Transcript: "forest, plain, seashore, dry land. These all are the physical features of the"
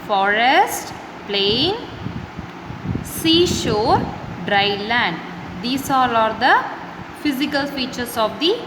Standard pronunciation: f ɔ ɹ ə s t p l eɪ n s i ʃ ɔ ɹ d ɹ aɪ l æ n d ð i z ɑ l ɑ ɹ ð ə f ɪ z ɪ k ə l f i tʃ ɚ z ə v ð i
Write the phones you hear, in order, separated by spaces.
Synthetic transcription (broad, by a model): f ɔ ɹ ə s t p l eɪ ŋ s i ʃ ɔ ɹ d ɹ aɪ l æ n d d i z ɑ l ɑ ɹ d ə f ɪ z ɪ k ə l f i tʃ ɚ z ə v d i